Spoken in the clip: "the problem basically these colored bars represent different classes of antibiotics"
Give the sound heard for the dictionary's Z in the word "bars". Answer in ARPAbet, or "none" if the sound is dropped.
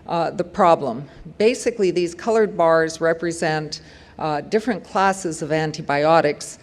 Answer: Z